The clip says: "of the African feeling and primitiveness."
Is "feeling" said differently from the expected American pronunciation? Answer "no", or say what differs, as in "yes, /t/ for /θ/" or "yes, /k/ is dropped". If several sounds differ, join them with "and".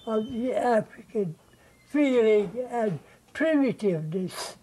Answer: no